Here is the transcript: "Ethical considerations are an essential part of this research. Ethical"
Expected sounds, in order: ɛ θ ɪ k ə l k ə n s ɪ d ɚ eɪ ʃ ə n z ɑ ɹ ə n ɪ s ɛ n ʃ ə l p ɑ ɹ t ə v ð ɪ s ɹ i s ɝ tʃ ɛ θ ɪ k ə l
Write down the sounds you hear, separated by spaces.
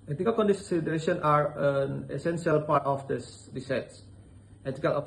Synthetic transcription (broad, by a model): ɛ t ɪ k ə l k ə n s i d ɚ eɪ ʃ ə n ɑ ɹ ə n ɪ s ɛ n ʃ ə l p ɑ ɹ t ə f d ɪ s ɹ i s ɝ s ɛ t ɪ k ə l